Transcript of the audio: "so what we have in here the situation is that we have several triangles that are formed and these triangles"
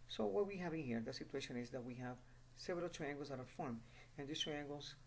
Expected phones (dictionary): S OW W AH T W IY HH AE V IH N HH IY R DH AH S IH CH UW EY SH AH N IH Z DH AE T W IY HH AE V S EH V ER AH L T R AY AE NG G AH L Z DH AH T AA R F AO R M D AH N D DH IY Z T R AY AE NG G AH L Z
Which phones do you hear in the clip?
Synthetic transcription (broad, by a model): S OW W AH T W IY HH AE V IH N HH IY R DH AH S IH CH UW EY SH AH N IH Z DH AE T W IY HH AE V S EH V ER AH L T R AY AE NG G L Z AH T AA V F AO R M AH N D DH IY S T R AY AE NG G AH L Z